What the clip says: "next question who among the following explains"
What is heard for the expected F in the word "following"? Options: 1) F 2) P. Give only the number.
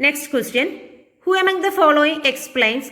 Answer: 1